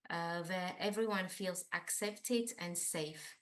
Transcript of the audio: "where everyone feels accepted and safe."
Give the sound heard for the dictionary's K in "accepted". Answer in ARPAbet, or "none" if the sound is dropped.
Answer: K